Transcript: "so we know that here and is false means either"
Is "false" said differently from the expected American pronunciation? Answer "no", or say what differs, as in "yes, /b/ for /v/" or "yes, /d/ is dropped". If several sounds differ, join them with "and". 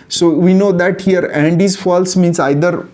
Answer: no